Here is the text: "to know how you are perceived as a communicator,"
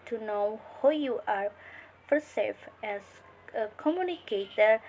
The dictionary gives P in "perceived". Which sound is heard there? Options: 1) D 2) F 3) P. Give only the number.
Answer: 2